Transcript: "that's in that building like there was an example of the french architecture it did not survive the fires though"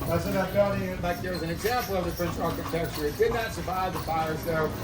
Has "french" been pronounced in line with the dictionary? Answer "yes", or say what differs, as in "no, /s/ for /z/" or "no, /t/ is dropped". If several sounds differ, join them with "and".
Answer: no, /p/ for /f/